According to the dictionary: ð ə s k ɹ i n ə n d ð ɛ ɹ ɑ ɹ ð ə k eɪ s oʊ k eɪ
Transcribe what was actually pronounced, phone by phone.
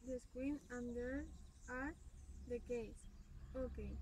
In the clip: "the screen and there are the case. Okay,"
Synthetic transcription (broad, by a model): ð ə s k w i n ə n d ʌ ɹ ɑ ɹ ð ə k eɪ s oʊ k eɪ